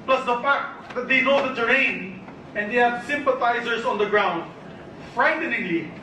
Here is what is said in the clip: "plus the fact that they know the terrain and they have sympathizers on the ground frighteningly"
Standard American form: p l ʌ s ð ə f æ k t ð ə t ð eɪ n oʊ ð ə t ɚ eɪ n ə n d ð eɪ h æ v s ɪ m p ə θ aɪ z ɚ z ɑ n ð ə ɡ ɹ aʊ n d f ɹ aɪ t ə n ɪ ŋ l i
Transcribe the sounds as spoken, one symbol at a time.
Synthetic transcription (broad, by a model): p l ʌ s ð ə f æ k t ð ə t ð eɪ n oʊ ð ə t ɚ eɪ n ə n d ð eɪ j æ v s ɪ m p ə t aɪ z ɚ s ɑ n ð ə ɡ ɹ aʊ n d f ɹ aɪ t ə n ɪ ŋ l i